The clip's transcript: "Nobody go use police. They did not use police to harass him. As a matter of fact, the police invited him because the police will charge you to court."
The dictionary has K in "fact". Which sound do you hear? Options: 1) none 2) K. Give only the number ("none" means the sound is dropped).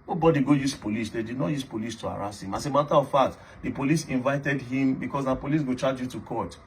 1